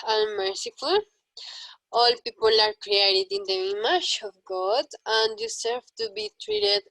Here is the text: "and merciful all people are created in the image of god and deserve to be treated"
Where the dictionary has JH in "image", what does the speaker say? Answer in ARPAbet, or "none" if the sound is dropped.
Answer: SH